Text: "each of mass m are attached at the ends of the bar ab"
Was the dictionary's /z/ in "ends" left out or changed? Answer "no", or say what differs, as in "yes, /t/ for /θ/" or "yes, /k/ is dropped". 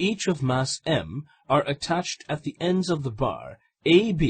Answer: no